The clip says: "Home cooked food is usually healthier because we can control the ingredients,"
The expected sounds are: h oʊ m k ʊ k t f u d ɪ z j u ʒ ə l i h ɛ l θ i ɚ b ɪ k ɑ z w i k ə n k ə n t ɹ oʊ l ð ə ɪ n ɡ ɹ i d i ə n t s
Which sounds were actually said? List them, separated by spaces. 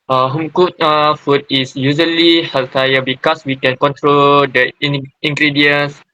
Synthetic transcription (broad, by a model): h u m k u t f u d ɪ s j u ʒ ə l i h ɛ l t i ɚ b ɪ k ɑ s w i k ə n k ə n t ɹ oʊ l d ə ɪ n ɡ ɹ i d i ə n s